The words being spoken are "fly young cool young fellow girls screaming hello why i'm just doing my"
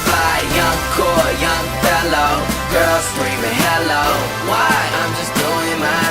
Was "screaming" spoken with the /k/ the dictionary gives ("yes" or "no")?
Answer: no